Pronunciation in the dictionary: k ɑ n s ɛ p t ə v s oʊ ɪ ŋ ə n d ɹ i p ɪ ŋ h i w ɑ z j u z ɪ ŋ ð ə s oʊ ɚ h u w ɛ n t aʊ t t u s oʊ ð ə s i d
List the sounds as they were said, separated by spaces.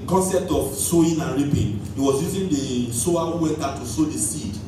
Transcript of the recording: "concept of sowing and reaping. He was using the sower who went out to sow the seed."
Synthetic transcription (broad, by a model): k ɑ n s ɛ p t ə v s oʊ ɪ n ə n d ɹ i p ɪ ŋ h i w ɑ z j u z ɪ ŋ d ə s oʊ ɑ w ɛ t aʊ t t u s oʊ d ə s i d